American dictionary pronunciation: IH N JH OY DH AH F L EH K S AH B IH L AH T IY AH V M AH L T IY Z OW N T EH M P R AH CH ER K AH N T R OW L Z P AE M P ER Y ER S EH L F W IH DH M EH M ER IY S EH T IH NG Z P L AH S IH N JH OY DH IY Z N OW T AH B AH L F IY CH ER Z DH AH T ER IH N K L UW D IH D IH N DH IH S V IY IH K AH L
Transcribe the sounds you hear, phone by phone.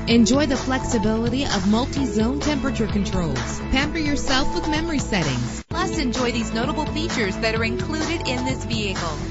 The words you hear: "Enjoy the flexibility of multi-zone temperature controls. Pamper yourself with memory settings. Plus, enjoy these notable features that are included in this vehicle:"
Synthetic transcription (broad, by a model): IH N JH OY DH AH F L EH K S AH B IH L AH T IY AH V M AH L T IY Z OW N T EH M P R AH CH ER K AH N T R OW L Z P AE M P ER Y ER S EH L F W IH DH M EH M ER IY S EH T IH NG Z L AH S IH N JH OY DH IY Z N OW T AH B L F IY CH ER Z DH AH T ER IH N K L UW D IH D IH N DH IH S V IY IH K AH L